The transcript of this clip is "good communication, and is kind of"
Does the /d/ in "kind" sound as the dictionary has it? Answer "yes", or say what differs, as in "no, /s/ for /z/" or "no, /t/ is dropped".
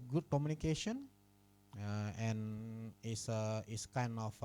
no, /d/ is dropped